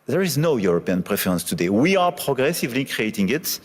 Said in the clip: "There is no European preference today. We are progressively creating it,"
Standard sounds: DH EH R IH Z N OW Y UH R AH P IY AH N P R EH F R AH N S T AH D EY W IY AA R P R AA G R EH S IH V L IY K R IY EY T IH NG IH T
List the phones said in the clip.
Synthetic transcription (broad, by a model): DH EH R IH Z N OW Y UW R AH P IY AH N P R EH F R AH N S T AH D EY W IY AA R P R AA G R EH S IH V L IY K R IY EY T IH NG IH T